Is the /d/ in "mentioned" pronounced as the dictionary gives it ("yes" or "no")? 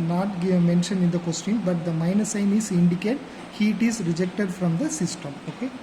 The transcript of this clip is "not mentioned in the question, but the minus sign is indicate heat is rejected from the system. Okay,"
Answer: no